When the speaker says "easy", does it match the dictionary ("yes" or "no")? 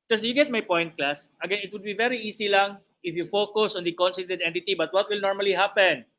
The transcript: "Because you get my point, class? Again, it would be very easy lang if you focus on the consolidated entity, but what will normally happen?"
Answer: no